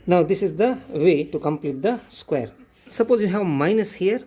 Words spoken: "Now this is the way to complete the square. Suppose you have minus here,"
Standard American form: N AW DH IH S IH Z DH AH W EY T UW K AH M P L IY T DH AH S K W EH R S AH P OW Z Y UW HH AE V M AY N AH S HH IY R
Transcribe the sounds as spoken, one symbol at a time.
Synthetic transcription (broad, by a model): N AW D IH S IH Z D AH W EY T UW K AH M P L IY T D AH S K W EH R S AH P OW Z Y UW HH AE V M AY N AH S HH IY R